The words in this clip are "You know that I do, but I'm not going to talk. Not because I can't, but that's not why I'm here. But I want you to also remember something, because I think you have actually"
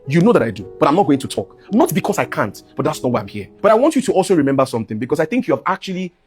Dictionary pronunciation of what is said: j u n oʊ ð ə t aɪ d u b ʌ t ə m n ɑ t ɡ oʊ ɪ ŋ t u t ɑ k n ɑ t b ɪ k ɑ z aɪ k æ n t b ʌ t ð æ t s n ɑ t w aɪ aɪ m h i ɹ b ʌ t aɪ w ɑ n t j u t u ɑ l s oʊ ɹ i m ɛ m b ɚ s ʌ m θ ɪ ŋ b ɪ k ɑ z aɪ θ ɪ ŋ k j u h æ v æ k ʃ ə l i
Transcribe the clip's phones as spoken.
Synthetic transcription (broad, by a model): j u n oʊ ð ə t aɪ d u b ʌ t ə m n ɑ t ɡ oʊ ɪ ŋ t u t ɑ k n ɑ t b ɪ k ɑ s aɪ k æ n t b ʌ t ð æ t s n ɑ t w aɪ aɪ m h i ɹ b ʌ t aɪ w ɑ n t j u t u ɑ l s oʊ ɹ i m ɛ m b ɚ s ʌ m θ ɪ ŋ b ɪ k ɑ s aɪ θ ɪ ŋ k j u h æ v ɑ k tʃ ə l i